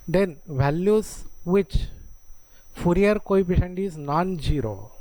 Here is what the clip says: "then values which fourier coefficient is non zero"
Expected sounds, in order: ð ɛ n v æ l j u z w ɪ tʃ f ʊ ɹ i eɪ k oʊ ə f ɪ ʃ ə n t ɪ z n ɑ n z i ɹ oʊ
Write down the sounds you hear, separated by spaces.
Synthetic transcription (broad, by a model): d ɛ n v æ l j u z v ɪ tʃ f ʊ ɹ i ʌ k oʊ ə p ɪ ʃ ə n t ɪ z n ɑ n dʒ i ɹ oʊ